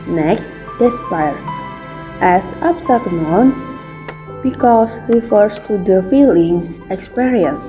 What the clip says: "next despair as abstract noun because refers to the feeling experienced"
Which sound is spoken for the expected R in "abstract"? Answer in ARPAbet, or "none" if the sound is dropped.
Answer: none